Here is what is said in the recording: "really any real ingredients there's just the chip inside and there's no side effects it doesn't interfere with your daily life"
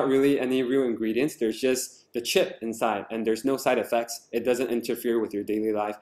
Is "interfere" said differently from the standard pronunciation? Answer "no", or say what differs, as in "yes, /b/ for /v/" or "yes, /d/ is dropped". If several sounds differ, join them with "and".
no